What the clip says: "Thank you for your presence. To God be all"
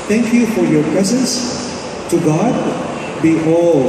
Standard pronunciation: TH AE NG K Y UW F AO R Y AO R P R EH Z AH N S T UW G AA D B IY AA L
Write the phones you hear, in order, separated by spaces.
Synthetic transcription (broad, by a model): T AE NG K Y UW F AO R Y AO R P R EH Z AH N S T UW G AA D B IY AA L